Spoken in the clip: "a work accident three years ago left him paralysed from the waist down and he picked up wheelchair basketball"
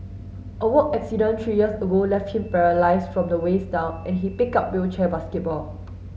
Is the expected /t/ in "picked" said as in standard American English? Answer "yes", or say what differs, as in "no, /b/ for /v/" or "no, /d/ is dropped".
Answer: no, /t/ is dropped